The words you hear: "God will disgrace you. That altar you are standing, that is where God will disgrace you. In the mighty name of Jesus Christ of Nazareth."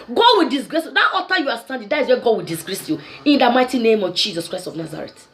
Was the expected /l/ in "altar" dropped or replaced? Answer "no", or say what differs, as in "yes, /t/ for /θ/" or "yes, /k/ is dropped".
yes, /l/ is dropped